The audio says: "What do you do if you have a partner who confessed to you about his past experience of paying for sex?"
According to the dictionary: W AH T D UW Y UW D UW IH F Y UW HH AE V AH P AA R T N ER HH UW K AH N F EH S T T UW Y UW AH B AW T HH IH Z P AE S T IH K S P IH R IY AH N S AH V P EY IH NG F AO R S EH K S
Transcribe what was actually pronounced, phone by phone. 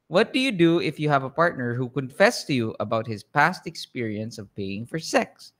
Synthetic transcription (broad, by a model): W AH T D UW Y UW D UW IH F Y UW HH AE V AH P AA R T N ER HH UW K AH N F EH S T T UW Y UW AH B AW T HH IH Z P AE S T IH K S P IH R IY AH N S AH V P EY IH NG F AO R S EH K S